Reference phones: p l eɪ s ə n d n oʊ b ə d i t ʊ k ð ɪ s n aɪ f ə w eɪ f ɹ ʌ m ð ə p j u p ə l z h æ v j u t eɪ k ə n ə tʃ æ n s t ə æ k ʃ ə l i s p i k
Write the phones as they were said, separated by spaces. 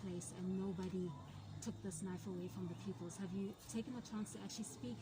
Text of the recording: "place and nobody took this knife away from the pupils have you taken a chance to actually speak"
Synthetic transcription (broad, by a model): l eɪ s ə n n oʊ b ə d i t ʊ k ð ɪ s n aɪ f ə w eɪ f ɹ ʌ m ð ə p j u p ə l z h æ v j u t eɪ k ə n ə tʃ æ n s t ə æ k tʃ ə l i s p i k